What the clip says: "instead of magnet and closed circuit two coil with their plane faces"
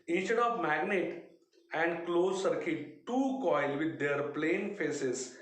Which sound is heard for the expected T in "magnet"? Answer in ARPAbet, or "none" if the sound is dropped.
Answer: T